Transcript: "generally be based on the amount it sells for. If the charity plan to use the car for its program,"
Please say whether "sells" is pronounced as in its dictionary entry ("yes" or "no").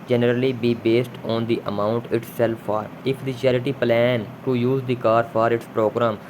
no